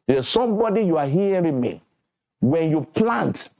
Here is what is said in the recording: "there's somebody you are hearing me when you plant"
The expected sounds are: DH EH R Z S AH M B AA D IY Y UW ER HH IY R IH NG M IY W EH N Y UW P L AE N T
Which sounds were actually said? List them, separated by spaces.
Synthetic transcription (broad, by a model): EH S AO M B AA D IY Y UW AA HH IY W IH M IY W EH N Y UW P L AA N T